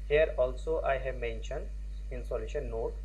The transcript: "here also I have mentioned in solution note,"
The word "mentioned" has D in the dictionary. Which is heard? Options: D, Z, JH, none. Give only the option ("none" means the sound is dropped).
D